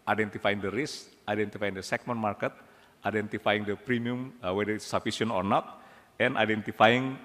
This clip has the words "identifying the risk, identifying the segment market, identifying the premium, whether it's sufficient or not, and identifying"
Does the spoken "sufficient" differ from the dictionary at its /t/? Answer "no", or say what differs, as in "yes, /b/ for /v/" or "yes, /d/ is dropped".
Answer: yes, /t/ is dropped